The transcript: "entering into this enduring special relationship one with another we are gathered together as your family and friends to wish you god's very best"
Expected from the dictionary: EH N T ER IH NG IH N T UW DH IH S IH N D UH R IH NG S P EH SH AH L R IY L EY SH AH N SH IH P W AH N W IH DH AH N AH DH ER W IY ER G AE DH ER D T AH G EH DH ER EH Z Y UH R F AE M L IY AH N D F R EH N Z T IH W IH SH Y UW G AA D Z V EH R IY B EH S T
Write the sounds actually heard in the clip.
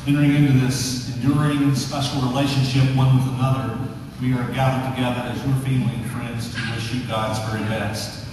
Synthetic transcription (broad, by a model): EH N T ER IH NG IH N T UW DH IH S IH N D UH R IH NG S P EH SH L R IY L EY SH AH N SH IH P W AH N W IH DH AH N AH DH ER W IY ER G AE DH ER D T AH G EH DH ER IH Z Y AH R F AE M L IY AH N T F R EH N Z T IH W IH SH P G AA D Z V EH R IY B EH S T